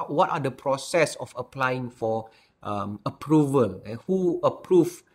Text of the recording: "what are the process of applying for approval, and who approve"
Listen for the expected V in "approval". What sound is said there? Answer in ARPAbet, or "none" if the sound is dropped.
V